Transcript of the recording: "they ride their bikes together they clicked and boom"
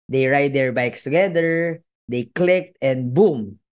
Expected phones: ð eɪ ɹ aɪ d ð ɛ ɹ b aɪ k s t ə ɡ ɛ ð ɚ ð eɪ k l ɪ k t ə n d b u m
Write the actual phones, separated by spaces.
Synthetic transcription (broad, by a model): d eɪ ɹ aɪ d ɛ ɹ b aɪ k s t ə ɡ ɛ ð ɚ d eɪ k l ɪ k t ə n d b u m